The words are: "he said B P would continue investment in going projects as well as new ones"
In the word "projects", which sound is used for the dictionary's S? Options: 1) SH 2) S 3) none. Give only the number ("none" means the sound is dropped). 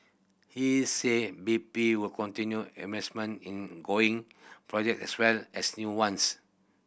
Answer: 3